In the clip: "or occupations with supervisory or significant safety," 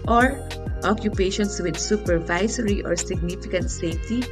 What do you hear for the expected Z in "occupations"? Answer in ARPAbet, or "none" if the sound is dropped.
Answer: S